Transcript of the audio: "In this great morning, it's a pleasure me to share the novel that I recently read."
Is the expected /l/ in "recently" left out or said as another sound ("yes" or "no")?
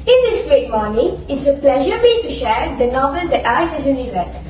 yes